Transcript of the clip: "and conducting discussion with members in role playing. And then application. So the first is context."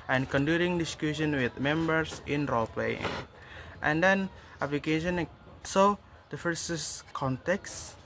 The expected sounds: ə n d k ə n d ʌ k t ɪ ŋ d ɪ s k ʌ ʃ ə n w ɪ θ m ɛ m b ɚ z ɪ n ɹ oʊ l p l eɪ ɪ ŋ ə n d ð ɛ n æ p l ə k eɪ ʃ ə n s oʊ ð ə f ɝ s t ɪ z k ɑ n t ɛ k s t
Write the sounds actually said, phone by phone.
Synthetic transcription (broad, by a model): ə n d k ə n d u t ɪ ŋ d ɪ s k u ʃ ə n w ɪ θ m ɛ m b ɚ s ɪ n ɹ oʊ l p l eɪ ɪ ŋ ə n d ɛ n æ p l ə k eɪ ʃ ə n s oʊ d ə f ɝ s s k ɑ n t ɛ k s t